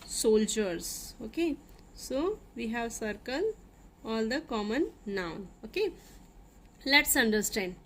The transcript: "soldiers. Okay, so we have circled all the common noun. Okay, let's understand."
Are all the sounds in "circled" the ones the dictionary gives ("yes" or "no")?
no